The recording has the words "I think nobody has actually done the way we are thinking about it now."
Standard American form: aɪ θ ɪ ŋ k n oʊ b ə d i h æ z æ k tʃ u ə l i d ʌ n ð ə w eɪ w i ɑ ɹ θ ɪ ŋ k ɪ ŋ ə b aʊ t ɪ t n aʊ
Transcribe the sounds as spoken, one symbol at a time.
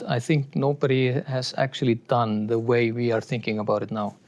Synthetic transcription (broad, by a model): aɪ t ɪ ŋ k n oʊ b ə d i h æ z æ k tʃ u ə l i d ʌ n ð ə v eɪ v i ɑ ɹ t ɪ ŋ k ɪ ŋ ə b aʊ t ɪ t n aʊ